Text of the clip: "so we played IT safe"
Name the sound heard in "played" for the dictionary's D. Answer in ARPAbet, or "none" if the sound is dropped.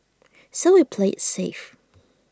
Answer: none